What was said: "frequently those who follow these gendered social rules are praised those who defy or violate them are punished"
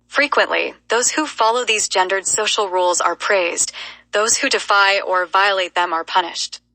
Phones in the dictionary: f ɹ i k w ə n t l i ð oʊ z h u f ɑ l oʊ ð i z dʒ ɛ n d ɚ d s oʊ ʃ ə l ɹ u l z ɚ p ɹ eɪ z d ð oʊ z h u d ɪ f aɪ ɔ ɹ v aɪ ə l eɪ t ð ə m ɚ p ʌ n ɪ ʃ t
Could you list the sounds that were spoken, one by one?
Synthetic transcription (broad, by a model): f ɹ i k w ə n t l i ð oʊ z h u f ɑ l oʊ ð i z dʒ ɛ n d ɚ d s oʊ ʃ l ɹ u l z ɚ p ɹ eɪ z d ð oʊ z h u d ɪ f aɪ ɔ ɹ v aɪ ə l eɪ t ð ə m ɚ p ʌ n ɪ ʃ t